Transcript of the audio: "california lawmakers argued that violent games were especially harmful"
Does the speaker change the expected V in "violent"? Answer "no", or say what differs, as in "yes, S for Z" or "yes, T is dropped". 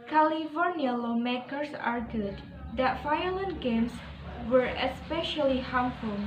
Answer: yes, F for V